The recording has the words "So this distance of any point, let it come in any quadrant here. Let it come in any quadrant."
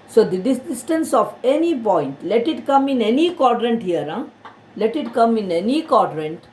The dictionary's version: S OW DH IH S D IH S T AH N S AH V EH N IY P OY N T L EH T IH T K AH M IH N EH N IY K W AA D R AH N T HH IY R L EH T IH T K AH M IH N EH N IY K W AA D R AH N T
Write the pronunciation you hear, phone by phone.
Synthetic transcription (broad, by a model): S OW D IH D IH S T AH N S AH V EH N IY P OY N T L EH T IH T K AH M IH N EH N IY K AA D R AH N T HH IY R L EH T IH T K AH M IH N EH N IY K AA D R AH N T